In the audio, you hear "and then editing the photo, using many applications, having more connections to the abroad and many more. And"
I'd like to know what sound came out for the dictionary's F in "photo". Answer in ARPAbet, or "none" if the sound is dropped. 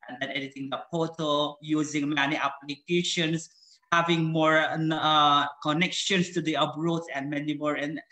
P